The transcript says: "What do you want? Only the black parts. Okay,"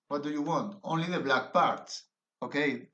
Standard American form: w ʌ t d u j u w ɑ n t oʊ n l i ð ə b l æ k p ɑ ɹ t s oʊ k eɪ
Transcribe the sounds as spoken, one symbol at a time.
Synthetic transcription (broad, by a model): w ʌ t d u j u w ɑ n t oʊ n l i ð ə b l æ k p ɑ ɹ t s oʊ k eɪ